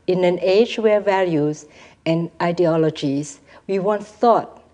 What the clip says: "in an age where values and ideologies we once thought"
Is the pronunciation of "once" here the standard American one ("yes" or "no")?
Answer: no